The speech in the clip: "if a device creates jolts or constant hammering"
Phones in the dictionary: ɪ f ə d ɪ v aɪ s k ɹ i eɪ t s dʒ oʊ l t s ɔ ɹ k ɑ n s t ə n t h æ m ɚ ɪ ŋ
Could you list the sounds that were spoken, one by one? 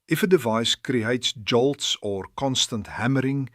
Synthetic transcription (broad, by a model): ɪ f ə d ɪ v aɪ s k ɹ i eɪ t s dʒ oʊ l t s ɔ ɹ k ɑ n s t ə n t h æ m ɚ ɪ ŋ